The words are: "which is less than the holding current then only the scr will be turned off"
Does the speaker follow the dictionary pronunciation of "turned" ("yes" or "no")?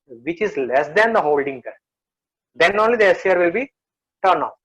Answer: no